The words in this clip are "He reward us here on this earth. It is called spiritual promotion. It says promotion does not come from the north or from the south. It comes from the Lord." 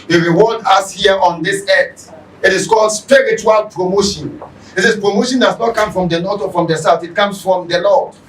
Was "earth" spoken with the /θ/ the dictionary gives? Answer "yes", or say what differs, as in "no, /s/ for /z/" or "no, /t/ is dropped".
no, /t/ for /θ/